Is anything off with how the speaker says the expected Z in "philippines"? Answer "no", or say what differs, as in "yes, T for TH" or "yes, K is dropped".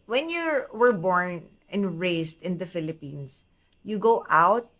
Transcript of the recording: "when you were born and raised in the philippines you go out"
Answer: yes, S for Z